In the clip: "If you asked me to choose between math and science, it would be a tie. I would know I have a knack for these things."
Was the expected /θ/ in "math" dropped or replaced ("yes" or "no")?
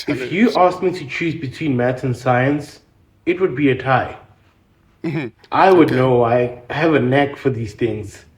yes